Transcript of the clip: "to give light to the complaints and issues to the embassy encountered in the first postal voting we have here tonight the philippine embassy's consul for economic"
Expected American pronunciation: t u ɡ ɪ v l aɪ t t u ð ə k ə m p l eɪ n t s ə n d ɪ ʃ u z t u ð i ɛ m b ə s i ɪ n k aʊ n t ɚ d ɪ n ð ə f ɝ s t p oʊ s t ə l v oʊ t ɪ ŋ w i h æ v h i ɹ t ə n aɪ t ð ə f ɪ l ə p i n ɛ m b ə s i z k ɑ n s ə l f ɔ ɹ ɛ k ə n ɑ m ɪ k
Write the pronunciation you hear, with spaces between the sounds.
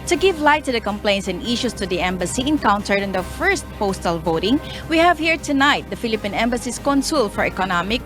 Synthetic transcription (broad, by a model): t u ɡ ɪ v l aɪ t t u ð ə k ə m p l eɪ n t s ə n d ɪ ʃ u s t u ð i ɛ m b ə s i ɪ n k aʊ n t ɚ d ɪ n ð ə f ɝ s t p oʊ s t ə l v oʊ t ɪ ŋ w i h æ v h i ɹ t ə n aɪ t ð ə f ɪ l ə p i n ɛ m b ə s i s k ɑ n s ə l f ɔ ɹ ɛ k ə n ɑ m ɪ k